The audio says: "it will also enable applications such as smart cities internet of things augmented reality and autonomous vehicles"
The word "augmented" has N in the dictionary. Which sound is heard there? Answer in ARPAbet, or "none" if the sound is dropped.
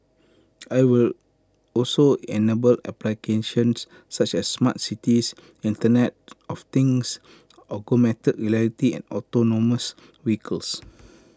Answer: none